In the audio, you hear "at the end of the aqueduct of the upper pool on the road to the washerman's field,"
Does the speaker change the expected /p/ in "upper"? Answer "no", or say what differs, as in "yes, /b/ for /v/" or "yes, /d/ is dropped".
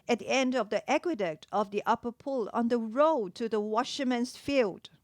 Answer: no